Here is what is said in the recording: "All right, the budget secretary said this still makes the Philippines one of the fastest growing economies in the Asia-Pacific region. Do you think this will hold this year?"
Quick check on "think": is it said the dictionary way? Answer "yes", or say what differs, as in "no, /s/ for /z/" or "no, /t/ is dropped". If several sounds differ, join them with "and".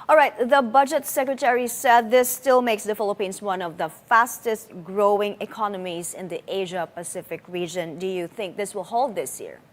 yes